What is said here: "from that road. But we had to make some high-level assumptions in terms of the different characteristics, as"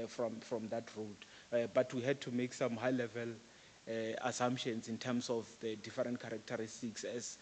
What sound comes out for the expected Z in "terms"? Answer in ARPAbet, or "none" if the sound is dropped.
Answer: S